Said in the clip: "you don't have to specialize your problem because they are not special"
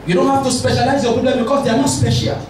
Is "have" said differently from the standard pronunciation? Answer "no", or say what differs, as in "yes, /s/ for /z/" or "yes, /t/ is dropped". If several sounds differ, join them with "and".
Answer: yes, /f/ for /v/